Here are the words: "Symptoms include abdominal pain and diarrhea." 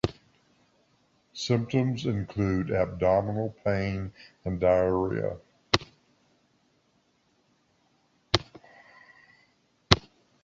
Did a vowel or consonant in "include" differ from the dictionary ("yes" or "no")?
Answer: no